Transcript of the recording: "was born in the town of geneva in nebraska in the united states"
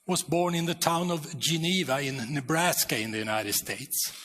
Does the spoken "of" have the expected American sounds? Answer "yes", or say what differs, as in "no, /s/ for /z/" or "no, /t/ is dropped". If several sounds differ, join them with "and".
yes